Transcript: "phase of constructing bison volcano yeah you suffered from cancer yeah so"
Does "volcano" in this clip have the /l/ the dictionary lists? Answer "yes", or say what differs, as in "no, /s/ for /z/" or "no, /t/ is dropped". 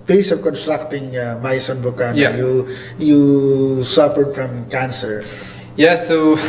no, /l/ is dropped